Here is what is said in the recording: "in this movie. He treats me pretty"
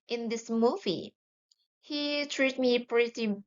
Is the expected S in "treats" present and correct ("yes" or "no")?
no